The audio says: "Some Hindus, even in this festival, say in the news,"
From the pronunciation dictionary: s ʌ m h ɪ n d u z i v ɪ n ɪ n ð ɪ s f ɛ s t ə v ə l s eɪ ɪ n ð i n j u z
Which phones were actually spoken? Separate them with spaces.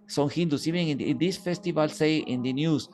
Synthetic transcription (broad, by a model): s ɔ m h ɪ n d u s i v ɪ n ɪ n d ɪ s f ɛ s t ə v ə l s eɪ ɪ n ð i n j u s